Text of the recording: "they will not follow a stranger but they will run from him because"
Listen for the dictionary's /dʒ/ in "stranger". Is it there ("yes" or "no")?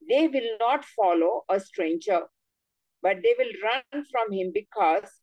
yes